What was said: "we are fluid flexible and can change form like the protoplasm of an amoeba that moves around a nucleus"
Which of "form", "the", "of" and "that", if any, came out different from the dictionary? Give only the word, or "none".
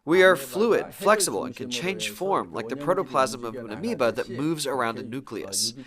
none